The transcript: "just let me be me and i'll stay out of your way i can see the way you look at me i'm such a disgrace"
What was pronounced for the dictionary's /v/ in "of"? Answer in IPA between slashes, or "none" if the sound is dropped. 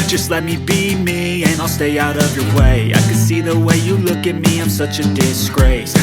/v/